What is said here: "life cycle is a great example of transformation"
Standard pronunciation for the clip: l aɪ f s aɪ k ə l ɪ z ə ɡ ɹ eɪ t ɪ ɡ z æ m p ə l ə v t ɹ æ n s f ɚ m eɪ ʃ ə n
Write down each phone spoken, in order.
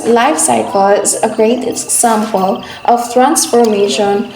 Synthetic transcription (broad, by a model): l aɪ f s aɪ k ə l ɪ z ə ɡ ɹ eɪ ɪ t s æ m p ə l ə v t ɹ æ n s f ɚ m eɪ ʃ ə n